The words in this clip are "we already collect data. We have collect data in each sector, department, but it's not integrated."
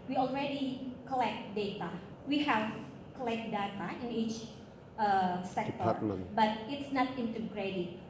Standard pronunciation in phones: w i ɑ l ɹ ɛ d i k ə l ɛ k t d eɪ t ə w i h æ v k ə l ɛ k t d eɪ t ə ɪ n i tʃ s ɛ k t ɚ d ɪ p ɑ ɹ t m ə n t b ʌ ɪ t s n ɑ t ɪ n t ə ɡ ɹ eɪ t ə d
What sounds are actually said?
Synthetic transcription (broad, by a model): w i ɑ l ɹ ɛ d i k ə l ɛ k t d eɪ t ə w i h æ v k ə l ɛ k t d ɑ t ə ɪ n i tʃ s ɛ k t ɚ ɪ b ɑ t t ɪ t s n ɑ t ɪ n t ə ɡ ɹ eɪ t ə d